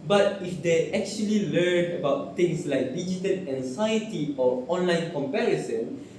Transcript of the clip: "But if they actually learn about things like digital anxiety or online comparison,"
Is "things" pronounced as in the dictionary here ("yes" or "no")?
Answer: no